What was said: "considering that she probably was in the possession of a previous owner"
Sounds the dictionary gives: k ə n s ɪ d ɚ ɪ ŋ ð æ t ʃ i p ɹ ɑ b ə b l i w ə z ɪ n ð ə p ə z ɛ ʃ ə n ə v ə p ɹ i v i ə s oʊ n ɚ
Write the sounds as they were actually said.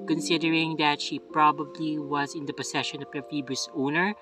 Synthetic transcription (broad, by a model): k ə n s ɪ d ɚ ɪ ŋ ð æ t ʃ i p ɹ ɑ b ə b l i w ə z ɪ n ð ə p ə s ɛ ʃ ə n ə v ə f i b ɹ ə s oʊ n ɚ